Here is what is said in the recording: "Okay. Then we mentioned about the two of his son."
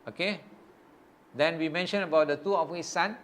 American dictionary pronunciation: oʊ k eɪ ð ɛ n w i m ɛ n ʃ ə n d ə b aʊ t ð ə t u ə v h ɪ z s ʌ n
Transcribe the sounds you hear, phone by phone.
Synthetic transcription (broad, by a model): oʊ k eɪ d ɛ n w i m ɛ n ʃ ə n ə b aʊ t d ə t u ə f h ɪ s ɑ n